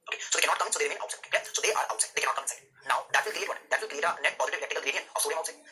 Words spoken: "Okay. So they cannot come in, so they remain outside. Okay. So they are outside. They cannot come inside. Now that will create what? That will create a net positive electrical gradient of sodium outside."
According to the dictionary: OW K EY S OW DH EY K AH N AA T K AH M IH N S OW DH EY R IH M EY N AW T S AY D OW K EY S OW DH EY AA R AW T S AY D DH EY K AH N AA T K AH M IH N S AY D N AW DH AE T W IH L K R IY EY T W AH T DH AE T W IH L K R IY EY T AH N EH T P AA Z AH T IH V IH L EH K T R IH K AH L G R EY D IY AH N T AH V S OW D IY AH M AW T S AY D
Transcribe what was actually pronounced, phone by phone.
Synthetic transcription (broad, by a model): OW K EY S OW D EY K AH N AA T K AH M IH N S OW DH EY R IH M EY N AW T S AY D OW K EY S OW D EY AA R AW T S AY D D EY K AH N AA T K AH M IH N S AY D N AW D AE T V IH L K R IY EY T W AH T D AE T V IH L K R IY EY T AH N EH T P AA Z AH T IH V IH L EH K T IH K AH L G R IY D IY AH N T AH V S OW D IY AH UH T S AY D